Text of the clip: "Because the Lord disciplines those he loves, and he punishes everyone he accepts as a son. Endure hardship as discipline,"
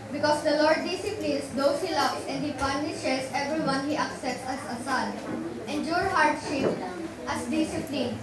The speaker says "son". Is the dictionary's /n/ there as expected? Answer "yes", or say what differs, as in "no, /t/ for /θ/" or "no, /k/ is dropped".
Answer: no, /l/ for /n/